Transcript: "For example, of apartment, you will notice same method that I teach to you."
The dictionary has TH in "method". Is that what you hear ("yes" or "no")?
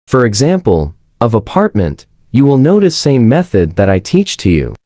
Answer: yes